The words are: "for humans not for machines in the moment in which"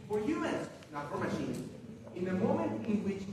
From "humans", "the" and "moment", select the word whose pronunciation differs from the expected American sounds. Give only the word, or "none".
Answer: humans